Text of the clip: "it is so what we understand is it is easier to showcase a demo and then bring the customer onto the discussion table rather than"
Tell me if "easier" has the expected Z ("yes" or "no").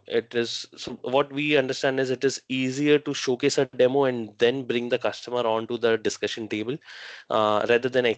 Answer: yes